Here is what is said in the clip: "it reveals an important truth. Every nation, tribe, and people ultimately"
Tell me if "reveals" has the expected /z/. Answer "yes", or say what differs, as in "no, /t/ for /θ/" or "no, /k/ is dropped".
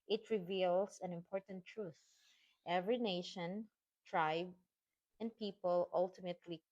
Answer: no, /s/ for /z/